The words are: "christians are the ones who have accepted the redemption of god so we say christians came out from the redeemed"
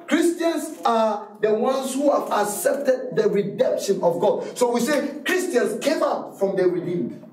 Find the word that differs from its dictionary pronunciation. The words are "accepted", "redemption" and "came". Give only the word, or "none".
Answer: none